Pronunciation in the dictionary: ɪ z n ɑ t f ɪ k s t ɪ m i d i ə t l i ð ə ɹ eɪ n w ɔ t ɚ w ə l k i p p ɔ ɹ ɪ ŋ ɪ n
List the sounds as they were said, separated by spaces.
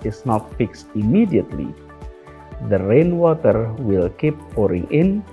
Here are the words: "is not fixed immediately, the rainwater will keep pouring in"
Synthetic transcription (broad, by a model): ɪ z n ɑ t f ɪ k s t ɪ m i d i ə t l i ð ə ɹ eɪ n w ɔ t ɚ w ə l k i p p ɔ ɹ ɪ ŋ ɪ n